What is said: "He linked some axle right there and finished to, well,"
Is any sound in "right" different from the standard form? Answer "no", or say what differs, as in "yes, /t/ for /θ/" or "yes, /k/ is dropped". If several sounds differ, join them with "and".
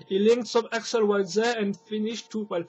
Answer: yes, /w/ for /ɹ/